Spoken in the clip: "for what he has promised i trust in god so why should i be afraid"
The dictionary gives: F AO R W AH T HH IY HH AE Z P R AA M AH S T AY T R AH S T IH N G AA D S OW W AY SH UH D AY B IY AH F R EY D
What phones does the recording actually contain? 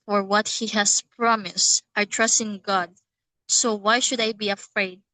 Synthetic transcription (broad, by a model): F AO R W AH T HH IY HH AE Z P R AA M AH S T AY T R AH S T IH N G AA D S OW W AY SH UH D AY B IY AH F R EY D